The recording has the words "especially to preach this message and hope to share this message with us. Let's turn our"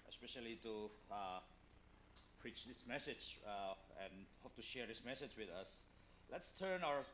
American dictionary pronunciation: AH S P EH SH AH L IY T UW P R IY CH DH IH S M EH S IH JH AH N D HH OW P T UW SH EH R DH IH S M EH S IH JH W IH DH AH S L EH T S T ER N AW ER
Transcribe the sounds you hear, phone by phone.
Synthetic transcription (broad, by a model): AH S P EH SH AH L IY T UW P R IY CH DH IH S M EH S IH JH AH N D HH OW P T UW SH EH R DH IH S M EH S IH JH W IH DH AH S L EH T S T ER N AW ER